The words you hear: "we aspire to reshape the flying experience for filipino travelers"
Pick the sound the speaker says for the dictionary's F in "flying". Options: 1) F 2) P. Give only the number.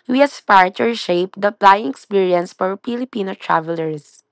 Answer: 2